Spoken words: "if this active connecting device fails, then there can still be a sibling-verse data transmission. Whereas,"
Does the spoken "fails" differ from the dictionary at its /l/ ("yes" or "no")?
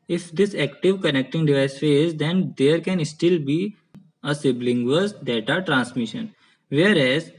yes